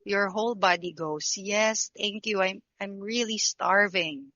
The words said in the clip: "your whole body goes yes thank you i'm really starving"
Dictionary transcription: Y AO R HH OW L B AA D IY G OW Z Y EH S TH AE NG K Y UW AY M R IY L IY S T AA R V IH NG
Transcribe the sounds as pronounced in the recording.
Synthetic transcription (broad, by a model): Y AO R HH OW L B AA D IY G OW S Y EH S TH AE NG K Y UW AY M R IY L IY S T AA R V IH NG